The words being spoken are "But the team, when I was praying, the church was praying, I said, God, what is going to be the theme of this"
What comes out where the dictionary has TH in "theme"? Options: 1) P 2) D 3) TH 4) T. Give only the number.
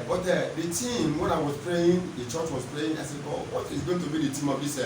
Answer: 4